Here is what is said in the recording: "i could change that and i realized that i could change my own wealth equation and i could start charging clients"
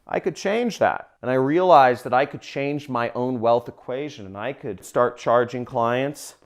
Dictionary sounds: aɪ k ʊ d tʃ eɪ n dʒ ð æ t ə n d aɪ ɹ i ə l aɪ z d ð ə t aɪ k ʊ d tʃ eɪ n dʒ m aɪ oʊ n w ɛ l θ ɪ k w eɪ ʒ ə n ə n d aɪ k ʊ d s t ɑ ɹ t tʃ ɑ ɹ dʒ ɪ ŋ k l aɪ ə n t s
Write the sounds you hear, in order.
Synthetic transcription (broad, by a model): aɪ k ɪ d tʃ eɪ n dʒ ð æ t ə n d aɪ ɹ i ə l aɪ z ð ə t aɪ k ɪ d tʃ eɪ n dʒ m aɪ oʊ n w ɛ l θ ɪ k w eɪ ʒ ə n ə n aɪ k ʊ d s t ɑ ɹ t tʃ ɑ ɹ dʒ ɪ ŋ k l aɪ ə n t s